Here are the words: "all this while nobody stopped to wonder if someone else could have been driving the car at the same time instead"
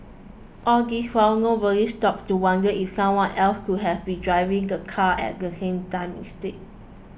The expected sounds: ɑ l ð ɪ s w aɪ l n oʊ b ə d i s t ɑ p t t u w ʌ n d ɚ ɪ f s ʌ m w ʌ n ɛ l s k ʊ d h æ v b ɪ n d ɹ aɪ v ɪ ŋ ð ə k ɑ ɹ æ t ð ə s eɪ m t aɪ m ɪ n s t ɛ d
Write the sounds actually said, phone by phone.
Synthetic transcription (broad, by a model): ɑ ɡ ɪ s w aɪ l n oʊ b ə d i s t ɑ p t t u w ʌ n d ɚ ɪ f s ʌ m w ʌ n ɛ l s k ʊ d h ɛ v b ɪ n d ɹ aɪ v ɪ ŋ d ə k ɑ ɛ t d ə s eɪ m t aɪ m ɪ s t ɛ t